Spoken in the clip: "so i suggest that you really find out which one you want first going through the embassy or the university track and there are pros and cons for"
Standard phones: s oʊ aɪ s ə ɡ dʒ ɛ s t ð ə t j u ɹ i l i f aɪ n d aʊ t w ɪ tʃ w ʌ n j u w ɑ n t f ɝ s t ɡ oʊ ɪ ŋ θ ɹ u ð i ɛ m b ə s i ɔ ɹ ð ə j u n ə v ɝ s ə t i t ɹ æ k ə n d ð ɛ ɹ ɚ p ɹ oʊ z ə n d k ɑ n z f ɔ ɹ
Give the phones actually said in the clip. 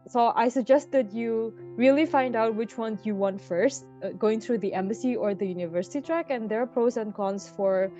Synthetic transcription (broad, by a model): s oʊ aɪ s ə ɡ dʒ ɛ s t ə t j u ɹ i l i f aɪ n d aʊ t w ɪ tʃ w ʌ n j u w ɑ n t f ɝ s t ɡ oʊ ɪ ŋ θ ɹ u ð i ɛ m b ə s i ɔ ɹ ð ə j u n ə v ɝ s ə t i t ɹ æ k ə n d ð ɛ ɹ p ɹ oʊ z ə n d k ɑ n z f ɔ ɹ